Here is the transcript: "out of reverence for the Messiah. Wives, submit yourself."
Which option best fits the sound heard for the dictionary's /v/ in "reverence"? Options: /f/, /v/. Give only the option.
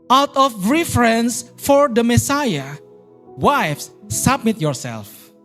/f/